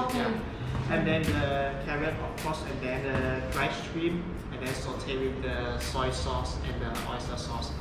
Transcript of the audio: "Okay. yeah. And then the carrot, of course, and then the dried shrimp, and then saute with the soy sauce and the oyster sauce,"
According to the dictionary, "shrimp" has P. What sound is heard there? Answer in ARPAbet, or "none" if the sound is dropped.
none